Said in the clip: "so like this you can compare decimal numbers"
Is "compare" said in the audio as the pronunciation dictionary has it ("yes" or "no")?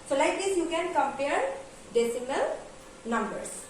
yes